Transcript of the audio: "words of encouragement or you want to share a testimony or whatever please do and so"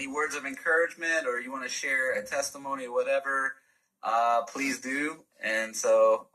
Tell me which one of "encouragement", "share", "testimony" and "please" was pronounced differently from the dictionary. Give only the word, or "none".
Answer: none